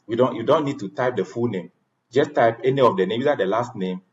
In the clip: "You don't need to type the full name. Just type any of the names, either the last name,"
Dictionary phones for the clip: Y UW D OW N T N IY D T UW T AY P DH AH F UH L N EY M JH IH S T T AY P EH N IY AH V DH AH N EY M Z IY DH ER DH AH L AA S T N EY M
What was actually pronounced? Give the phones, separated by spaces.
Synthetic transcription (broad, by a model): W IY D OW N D N IY D T UW T AY P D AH F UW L N EY M JH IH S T T AY P EH N IY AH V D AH N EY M IY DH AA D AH L AA S T N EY M